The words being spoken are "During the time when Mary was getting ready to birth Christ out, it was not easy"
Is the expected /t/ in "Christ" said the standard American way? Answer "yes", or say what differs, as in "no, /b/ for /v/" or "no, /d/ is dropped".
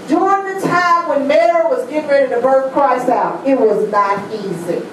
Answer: no, /t/ is dropped